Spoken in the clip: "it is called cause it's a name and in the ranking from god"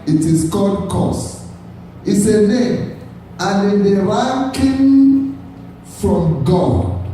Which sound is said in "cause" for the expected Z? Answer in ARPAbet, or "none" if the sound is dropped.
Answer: S